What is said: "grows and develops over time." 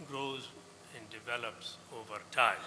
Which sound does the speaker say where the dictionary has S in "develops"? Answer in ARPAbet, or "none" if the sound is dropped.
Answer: S